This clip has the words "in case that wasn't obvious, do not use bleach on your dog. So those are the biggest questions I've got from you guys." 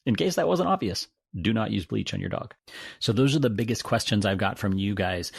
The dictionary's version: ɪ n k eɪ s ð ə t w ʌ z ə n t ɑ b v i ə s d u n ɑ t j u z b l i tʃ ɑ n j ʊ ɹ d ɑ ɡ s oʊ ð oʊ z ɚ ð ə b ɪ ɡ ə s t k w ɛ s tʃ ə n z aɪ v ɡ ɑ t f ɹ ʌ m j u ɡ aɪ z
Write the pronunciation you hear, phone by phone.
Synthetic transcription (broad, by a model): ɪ n k eɪ s ð ə t w ʌ z ə n t ɑ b v i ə s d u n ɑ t j u z b l i tʃ n j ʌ ɹ d ɑ ɡ s oʊ ð oʊ z ɚ ð ə b ɪ ɡ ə s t k w ɛ s tʃ ə n z aɪ v ɡ ɑ t f ɹ ʌ m j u ɡ aɪ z